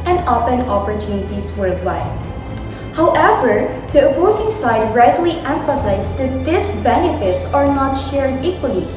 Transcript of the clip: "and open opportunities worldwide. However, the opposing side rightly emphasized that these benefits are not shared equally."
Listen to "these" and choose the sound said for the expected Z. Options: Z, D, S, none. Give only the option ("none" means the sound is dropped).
S